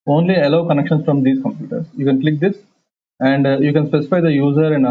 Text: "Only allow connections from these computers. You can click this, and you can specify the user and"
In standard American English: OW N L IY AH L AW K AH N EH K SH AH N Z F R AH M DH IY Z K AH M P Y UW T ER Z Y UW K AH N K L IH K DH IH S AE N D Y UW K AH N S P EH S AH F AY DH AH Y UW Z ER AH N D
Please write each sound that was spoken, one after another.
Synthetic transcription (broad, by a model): OW N L IY AH L AW K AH N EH K SH AH N S F R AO M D IY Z K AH M P Y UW T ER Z Y UW K AH N K L IH K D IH S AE N D Y UW K AH N S P EH S AH F AY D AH Y UW Z ER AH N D